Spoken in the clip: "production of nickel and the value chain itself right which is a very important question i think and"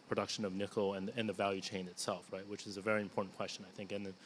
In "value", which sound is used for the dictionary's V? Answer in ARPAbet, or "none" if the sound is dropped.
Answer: V